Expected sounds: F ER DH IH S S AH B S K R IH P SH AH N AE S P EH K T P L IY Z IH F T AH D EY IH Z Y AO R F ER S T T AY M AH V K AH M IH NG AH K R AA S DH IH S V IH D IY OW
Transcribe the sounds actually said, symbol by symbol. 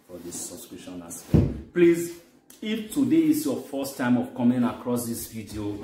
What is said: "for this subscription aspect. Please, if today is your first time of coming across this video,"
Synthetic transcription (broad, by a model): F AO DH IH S S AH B S K R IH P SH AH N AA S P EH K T P L IY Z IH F T AH D EY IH S Y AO F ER S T T AY M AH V K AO M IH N AH K R AA S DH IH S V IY D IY OW